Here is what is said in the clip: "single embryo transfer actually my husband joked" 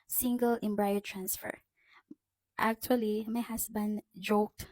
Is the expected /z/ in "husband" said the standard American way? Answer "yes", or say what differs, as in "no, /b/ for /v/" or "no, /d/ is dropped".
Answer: no, /s/ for /z/